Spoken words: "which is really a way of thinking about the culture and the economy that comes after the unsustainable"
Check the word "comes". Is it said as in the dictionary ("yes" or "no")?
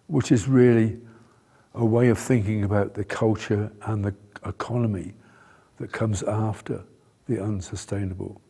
yes